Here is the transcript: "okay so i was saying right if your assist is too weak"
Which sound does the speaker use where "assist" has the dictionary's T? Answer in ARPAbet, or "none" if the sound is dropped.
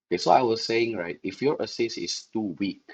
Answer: none